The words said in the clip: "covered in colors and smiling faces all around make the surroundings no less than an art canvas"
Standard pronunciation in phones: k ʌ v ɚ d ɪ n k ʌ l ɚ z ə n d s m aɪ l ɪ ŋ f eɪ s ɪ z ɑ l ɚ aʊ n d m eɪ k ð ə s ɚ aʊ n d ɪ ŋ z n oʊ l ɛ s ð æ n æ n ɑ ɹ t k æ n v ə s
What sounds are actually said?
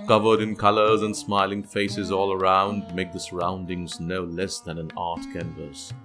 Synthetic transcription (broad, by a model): k ʌ v ɚ d ɪ n k ʌ l ɚ z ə n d s m aɪ l ɪ ŋ f eɪ s ɪ z ɑ l ɚ aʊ n d m eɪ k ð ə s ɚ aʊ n d ɪ ŋ z n oʊ l ɛ s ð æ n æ n ɑ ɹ t k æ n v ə s